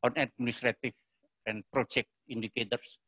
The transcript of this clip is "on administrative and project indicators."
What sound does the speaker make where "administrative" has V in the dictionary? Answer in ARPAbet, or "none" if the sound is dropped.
F